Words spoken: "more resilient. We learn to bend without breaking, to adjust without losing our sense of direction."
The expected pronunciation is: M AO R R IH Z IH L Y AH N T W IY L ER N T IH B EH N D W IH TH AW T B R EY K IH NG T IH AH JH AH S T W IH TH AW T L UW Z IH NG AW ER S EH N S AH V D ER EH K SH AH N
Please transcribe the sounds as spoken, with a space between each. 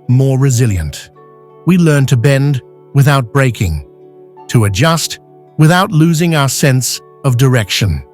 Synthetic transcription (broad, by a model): M AO R R IH Z IH L Y AH N T W IY L ER N T IH B EH N D W IH TH AW T B R EY K IH NG T IH AH JH AH S T W IH TH AW T L UW Z IH NG AW ER S EH N S AH V D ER EH K SH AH N